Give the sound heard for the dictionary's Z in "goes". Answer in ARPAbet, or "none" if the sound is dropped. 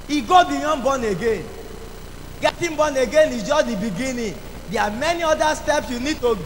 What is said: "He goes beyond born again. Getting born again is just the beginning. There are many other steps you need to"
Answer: none